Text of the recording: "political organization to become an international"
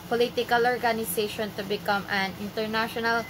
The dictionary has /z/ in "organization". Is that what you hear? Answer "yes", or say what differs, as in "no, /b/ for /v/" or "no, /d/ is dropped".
no, /s/ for /z/